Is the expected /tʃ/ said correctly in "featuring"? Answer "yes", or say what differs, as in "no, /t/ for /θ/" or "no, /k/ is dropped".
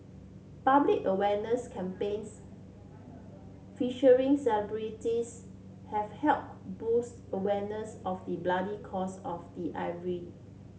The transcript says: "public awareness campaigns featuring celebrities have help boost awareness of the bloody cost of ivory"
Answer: no, /ʃ/ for /tʃ/